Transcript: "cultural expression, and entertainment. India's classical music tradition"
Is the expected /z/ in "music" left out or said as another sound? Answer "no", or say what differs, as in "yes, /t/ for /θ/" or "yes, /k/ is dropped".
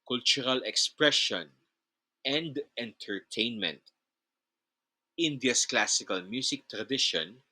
yes, /s/ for /z/